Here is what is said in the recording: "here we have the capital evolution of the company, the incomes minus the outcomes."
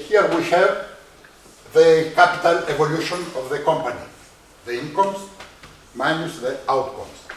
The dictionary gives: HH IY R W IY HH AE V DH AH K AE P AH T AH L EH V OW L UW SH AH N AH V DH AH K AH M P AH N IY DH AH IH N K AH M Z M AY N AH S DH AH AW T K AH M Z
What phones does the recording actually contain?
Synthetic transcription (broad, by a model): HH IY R W IY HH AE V DH AH K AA P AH T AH L EH V OW L UW SH AH N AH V DH AH K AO M P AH N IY DH AH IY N K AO M S M AY N AH S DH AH AW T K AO M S